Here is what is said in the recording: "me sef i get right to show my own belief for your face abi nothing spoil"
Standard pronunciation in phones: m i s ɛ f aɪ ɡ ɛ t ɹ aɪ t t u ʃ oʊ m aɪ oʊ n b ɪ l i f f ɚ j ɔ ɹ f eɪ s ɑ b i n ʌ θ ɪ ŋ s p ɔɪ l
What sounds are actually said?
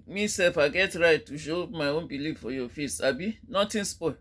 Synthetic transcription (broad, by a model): m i s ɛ f aɪ ɡ ɛ t ɹ aɪ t t u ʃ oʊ m aɪ oʊ n b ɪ l i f f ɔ j ɔ f eɪ s ɑ b i n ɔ t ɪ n s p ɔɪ